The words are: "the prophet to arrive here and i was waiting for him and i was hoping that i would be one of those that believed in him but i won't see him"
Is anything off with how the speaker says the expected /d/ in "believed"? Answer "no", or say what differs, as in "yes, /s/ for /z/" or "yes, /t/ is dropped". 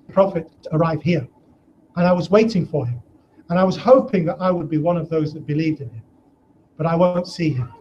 no